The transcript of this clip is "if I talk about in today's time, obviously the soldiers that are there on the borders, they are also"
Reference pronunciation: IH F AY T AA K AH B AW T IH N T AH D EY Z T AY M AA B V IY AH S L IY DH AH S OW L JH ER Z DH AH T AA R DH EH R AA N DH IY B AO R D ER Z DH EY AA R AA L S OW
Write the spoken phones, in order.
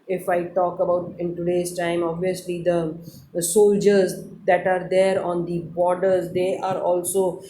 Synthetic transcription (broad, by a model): IH F AY T AA K AH B AW T IH N T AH D EY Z T AY M AA B V IY AH S L IY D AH S OW L JH ER Z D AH T AA R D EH R AA N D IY B AO R D ER Z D EY AA R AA L S OW